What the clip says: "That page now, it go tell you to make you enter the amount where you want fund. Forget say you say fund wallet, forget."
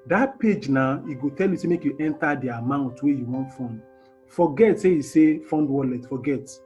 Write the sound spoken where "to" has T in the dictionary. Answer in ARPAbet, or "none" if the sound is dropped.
S